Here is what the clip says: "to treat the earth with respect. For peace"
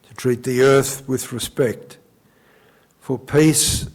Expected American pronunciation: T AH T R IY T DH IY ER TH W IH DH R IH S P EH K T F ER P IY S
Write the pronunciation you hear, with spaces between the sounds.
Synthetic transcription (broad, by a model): T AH T R IY T DH IY ER TH W IH DH R IH S P EH K T F ER P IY S